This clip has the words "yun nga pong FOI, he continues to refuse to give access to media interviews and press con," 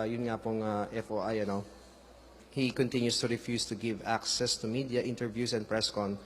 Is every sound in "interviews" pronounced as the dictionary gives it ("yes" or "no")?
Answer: no